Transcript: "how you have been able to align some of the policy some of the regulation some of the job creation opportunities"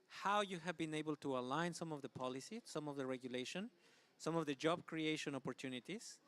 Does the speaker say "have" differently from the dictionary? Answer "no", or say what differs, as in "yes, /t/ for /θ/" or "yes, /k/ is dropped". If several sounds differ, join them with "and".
no